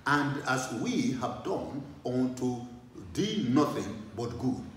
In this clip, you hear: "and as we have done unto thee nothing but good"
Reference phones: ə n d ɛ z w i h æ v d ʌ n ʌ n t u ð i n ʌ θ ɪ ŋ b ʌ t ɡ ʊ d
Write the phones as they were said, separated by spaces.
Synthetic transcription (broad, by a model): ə n d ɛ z w i h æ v d ʌ n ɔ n t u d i n ʌ θ ɪ ŋ b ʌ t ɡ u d